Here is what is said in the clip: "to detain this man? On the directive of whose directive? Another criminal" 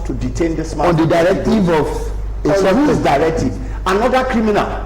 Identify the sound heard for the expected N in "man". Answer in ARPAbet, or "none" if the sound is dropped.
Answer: none